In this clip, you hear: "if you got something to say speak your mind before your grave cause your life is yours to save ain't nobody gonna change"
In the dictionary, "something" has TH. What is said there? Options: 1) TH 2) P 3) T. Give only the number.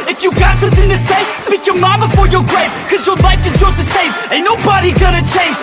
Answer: 1